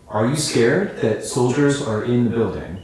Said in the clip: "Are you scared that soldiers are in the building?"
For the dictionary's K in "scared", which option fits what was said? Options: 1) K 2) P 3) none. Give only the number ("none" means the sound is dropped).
1